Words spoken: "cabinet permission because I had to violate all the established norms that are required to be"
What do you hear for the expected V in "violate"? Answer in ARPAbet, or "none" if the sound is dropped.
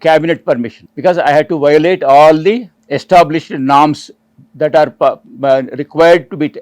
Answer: V